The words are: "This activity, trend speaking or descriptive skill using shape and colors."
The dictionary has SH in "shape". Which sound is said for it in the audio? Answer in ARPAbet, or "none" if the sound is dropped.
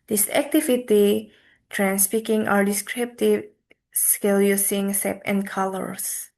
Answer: S